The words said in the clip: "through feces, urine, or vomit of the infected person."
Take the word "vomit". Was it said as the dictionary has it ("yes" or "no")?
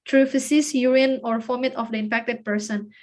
no